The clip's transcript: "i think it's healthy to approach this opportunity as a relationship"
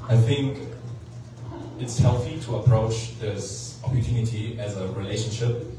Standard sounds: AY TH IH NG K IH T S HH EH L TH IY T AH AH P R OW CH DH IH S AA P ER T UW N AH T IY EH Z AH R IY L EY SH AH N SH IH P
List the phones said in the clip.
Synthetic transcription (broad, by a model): AY TH IH NG K IH T S HH EH L TH IY T AH AH P R OW CH DH IH S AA P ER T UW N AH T IY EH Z AH R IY L EY SH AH N SH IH P